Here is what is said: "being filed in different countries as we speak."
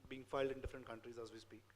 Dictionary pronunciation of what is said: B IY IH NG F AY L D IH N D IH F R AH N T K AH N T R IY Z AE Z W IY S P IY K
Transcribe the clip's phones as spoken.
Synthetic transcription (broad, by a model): B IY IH NG F AY L D IH N D IH F R AH N T K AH N T R IY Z AE Z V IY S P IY